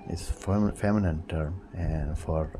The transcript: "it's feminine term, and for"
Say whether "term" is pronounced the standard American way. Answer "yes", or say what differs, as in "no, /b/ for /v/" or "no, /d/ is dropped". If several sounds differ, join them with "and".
yes